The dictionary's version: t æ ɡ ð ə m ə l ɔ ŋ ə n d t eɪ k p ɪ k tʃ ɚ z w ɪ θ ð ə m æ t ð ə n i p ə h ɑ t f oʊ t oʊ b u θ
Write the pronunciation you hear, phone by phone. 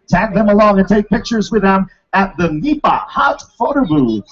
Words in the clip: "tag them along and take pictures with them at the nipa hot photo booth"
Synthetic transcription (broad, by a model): t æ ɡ ð ə m ə l ɔ ŋ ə n t eɪ k p ɪ k tʃ ɚ z w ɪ ð ə m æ t ð ə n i p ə h ɑ t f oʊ t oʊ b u